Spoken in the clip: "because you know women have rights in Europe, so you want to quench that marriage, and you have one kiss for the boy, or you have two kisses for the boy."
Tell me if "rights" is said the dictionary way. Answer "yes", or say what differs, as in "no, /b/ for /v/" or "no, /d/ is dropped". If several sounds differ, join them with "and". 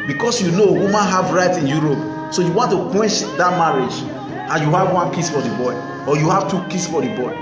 no, /s/ is dropped